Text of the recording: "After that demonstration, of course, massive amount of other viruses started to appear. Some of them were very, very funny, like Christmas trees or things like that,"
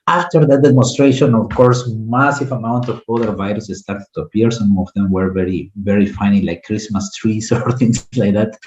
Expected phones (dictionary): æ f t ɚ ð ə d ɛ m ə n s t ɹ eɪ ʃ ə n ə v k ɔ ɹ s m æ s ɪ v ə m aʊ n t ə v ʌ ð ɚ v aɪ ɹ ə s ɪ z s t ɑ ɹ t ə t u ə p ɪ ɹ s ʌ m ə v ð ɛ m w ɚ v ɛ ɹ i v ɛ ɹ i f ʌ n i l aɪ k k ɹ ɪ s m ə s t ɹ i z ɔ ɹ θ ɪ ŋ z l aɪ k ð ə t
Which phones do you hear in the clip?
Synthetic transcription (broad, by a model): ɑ f t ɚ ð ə d ɛ m ə n s t ɹ eɪ ʃ ə n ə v k ɔ ɹ s m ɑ s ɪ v ə m aʊ n t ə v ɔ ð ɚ v aɪ ɹ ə s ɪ s t ɑ ɹ t ə t u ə p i ɹ s ʌ m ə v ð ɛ m w ɚ v ɛ ɹ i v ɛ ɹ i f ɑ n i l aɪ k k ɹ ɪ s m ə s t ɹ i s ɔ ɹ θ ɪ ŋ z l aɪ k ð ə t